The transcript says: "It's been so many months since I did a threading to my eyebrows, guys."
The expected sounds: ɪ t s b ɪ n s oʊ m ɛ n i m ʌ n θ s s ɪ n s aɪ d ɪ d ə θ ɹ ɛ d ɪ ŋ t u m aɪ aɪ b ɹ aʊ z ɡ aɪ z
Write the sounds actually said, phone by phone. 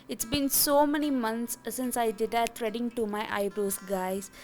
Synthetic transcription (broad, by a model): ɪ t s b ɪ n s oʊ m ɛ n i m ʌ n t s s ɪ n s aɪ d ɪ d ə t ɹ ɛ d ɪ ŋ t u m aɪ aɪ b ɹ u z ɡ aɪ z